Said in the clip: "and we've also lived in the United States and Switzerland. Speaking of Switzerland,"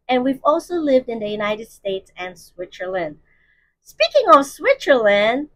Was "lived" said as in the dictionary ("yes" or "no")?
yes